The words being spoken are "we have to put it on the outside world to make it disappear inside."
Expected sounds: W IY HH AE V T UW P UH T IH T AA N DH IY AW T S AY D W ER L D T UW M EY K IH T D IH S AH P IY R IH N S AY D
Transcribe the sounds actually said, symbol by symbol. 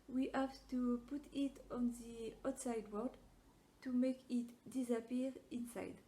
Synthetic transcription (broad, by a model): W IY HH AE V T UW P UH T IH T AA N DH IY AW T S AY D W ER D T UW M EY K IH T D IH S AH P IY R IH N S AY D